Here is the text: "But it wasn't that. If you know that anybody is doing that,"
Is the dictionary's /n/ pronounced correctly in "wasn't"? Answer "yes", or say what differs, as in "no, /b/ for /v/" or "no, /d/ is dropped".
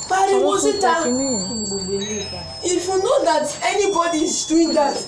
no, /n/ is dropped